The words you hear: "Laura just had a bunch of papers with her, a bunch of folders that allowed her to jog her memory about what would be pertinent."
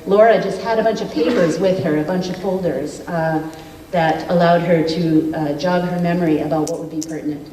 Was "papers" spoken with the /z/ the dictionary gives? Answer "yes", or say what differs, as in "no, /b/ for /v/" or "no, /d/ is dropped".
yes